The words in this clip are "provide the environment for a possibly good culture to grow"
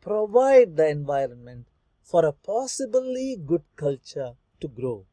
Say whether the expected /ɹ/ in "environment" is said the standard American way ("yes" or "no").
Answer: yes